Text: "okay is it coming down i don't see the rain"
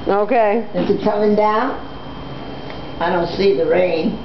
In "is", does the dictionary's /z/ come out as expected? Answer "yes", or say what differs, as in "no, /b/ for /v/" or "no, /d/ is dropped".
no, /s/ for /z/